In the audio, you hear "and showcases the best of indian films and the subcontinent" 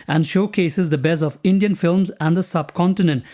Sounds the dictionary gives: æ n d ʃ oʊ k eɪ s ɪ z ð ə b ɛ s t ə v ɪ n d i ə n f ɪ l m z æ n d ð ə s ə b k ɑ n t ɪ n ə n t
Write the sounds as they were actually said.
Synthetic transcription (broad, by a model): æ n d ʃ oʊ k eɪ s ɪ z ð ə b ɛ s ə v ɪ n d i ə n f ɪ l m z æ n d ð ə s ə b k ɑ n t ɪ n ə n t